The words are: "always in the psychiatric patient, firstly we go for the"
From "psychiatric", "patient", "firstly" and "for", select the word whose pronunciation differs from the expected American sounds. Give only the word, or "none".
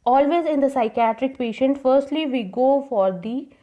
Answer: none